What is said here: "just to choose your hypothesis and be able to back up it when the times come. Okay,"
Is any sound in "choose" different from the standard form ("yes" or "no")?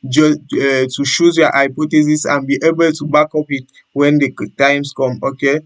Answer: yes